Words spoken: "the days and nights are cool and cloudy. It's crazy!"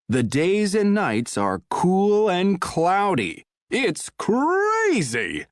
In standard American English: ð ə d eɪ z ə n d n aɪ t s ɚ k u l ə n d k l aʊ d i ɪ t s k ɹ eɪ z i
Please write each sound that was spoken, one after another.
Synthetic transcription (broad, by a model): ð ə d eɪ z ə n n aɪ t s ɚ k u l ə n k l aʊ d i ɪ t s k ɹ eɪ z i